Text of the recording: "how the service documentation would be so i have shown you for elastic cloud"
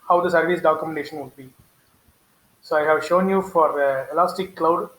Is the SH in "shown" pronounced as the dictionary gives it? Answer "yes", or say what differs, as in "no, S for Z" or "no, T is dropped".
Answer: yes